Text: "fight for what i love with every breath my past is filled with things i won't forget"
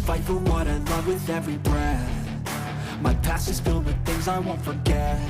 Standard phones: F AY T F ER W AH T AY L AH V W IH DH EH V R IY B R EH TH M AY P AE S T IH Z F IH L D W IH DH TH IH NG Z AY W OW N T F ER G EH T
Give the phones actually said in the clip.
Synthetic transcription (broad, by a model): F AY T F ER W AH T AY L AH V W IH DH EH V R IY B R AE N M AY P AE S IH Z F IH L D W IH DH TH IH NG Z AY W OW N T F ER G EH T